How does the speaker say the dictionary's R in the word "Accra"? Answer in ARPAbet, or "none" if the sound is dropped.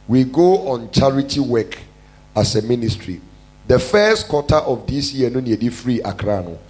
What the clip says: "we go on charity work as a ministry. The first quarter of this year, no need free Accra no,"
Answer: R